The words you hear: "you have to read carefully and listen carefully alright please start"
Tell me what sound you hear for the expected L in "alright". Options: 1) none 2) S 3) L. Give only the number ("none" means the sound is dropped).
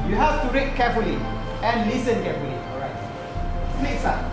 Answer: 1